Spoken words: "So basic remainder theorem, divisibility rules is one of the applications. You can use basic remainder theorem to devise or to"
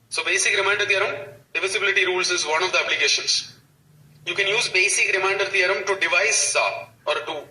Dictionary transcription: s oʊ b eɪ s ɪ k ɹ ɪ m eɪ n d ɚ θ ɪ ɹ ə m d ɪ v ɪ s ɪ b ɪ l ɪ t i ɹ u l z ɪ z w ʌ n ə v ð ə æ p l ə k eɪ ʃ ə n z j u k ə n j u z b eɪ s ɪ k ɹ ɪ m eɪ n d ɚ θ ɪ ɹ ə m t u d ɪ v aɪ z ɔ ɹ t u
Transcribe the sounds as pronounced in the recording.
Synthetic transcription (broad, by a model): s oʊ b eɪ s ɪ k ɹ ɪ m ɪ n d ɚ t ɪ ɹ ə m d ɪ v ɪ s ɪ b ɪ l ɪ t i ɹ u l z ɪ z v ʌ n ə v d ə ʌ b l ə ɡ eɪ ʃ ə n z j u k ə n j u z b eɪ s ɪ k ɹ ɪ m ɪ n d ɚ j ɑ ɹ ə m t u d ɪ v aɪ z ɔ ɹ t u